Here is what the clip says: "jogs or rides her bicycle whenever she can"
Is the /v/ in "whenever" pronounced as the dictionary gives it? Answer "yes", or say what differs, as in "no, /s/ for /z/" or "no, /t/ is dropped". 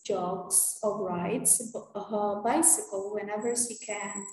yes